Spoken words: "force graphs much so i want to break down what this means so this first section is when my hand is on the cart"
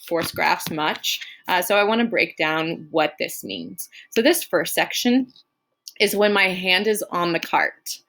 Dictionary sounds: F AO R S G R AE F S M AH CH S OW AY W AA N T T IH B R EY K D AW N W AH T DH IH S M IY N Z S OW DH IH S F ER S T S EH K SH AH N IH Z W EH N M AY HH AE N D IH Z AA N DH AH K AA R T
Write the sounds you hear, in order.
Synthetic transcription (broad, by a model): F AO R S G R AE F S M AH CH S OW AY W AA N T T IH B R EY K D AW N W AH T DH IH S M IY N Z S OW DH IH S F ER S T S EH K SH AH N IH Z W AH N M AY HH AE N D IH Z N DH AH K AA R T